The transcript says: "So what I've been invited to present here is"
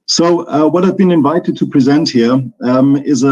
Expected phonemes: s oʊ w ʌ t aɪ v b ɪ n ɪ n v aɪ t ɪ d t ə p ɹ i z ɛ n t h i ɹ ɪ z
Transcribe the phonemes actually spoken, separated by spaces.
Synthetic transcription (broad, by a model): s oʊ w ʌ t aɪ v b ɪ n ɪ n v aɪ t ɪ d t ə p ɹ i z ɛ n t h i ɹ ɪ z